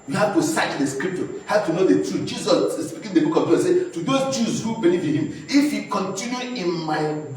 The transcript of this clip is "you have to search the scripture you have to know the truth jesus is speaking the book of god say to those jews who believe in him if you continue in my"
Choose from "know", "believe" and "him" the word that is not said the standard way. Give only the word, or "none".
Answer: believe